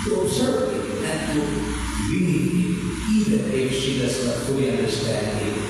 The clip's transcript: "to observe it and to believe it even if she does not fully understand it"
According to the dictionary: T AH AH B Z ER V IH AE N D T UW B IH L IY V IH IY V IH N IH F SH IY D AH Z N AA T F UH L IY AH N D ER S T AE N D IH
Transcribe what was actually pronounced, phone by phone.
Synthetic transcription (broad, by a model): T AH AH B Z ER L IH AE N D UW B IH N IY IH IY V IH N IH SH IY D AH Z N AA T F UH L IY AH N D ER S T AE N D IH